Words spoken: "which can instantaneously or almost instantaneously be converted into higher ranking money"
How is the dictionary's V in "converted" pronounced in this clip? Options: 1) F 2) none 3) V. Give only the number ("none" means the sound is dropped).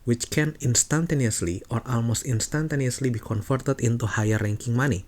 1